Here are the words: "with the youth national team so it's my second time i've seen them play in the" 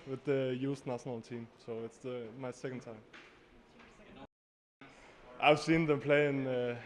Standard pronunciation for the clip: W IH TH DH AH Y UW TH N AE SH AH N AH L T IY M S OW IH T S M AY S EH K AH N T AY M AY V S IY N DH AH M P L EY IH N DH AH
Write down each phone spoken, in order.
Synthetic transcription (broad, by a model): W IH DH AH Y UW S N AE SH AH N AH L T IY M S OW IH T S M AY S EH K AH N T AY M AY V S IY N DH AH M P L EY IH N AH